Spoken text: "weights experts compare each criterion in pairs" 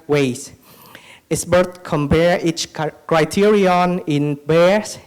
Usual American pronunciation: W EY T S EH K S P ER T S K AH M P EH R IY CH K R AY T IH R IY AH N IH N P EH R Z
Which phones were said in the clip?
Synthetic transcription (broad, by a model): W EY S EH S B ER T K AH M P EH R IY CH K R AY T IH R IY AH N IH N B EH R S